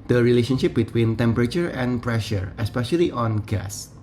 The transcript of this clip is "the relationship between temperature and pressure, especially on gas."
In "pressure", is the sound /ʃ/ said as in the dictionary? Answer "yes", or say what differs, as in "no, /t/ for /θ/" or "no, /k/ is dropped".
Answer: yes